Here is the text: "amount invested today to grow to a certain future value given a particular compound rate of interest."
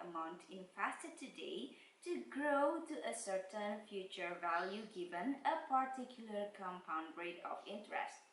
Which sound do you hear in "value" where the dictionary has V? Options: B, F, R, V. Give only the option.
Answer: V